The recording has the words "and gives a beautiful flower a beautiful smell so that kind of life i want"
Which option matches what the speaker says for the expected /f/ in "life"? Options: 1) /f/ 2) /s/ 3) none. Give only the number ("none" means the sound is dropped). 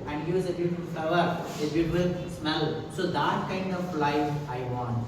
3